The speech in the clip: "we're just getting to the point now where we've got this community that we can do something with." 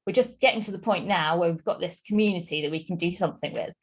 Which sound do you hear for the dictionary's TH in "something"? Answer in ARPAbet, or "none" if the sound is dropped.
TH